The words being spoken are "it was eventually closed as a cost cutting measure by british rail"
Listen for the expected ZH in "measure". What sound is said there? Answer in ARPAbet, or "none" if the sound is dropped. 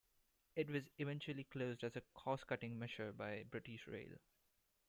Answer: SH